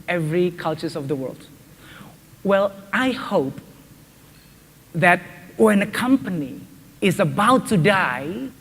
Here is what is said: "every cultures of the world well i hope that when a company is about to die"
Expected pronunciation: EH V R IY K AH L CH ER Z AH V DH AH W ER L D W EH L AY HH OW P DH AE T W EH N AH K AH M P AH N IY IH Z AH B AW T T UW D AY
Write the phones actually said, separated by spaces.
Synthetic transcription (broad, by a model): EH V R IY K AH L CH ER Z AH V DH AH W ER L D W EH L AY HH OW P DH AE T W EH N AH K AH M P AH N IY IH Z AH B AW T T UW D AY